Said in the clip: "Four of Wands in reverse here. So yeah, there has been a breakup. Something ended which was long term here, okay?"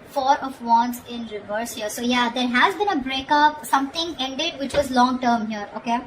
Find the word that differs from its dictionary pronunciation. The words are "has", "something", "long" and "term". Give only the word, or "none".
something